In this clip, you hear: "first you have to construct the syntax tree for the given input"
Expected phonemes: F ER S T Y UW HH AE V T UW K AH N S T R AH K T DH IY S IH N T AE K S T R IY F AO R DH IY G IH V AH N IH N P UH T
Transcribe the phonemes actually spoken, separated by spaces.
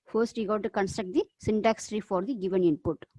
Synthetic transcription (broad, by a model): F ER S T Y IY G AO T T UW K AH N S T R AH K T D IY S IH N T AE K S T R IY F AO R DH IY G IH V AH N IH N P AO T